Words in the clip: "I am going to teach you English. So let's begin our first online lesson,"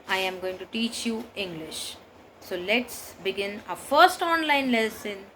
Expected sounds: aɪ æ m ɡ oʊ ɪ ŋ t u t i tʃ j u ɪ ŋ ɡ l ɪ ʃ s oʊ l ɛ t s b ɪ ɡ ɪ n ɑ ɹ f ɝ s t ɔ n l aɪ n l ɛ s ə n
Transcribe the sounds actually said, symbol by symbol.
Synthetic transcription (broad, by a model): aɪ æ m ɡ oʊ ɪ ŋ t u t i tʃ j u ɪ ŋ ɡ l ɪ ʃ s oʊ l ɛ t s b ɪ ɡ ɪ n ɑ f ɝ s t ɔ n l aɪ n l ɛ s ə n